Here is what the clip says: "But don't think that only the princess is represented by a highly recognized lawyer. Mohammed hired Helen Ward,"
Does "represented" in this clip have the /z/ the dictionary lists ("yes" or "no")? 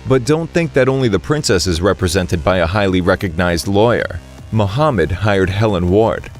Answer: yes